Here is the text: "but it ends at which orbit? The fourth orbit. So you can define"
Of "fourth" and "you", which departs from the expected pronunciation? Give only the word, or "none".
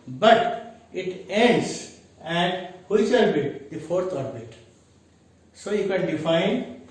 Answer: fourth